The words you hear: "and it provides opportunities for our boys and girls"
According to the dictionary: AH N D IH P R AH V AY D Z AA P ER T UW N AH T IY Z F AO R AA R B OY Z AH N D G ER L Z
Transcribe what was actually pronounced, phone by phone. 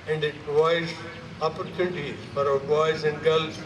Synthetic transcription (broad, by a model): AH N D IH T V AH IH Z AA P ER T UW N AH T IY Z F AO R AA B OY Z AH N D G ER L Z